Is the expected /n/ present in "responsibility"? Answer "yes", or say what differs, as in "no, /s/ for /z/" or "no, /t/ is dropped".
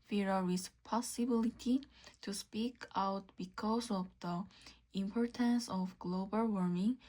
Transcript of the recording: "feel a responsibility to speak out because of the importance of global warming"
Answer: no, /n/ is dropped